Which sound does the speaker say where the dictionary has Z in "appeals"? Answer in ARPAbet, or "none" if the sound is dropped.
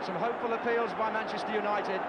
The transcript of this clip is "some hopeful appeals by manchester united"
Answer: Z